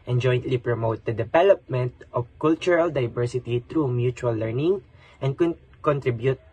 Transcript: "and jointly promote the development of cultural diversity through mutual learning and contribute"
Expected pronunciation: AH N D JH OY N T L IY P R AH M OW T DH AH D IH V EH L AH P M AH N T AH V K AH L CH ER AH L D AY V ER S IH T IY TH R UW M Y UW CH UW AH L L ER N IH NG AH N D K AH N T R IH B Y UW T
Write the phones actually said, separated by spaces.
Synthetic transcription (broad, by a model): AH N JH OY N T L IY P R AH M OW T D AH D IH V EH L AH P M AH N T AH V K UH L CH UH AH L D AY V ER S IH T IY T R UW M Y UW CH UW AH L L ER N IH NG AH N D K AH N T R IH B Y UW T